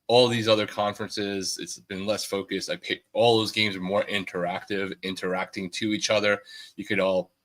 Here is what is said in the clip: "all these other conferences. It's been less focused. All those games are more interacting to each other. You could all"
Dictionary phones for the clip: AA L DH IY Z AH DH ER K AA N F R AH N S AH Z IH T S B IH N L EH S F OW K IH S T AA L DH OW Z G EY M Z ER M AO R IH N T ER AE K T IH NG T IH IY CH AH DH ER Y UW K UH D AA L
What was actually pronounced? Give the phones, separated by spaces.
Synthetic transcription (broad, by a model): AA L DH IY Z AH DH ER K AA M F R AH N S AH Z IH T S B IH N L EH S F OW K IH S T AA L DH OW Z G EY M Z ER M AO R IH N T ER AE K T IH NG T IH IY CH AH DH ER Y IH K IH D AA L